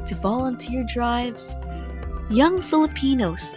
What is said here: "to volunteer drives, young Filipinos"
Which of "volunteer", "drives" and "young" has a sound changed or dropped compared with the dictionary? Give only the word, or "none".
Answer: none